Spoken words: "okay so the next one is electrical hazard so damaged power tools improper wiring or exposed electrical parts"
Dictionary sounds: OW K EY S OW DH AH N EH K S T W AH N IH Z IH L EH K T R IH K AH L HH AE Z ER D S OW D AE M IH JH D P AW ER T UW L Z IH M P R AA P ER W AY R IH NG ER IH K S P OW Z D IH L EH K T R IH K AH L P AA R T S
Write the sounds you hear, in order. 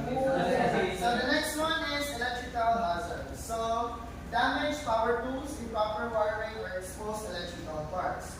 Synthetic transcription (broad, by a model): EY S OW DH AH N EH K S T W AH N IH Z IH L EH K T R IH K AH L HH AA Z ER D S OW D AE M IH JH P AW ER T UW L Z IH P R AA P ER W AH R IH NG ER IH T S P OW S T IH L EH K T R IH K AH L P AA R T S